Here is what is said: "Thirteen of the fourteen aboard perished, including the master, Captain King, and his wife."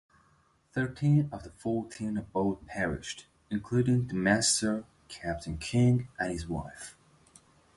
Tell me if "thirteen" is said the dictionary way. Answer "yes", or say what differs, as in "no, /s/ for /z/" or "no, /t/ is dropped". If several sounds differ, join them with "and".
yes